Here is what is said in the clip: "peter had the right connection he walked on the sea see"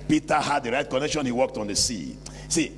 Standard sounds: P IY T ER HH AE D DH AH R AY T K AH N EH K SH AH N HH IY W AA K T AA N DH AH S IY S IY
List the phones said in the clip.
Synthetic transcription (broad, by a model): P IY T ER HH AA D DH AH R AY T K AH N EH K SH AH N HH IY W AA K T AA N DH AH S IY S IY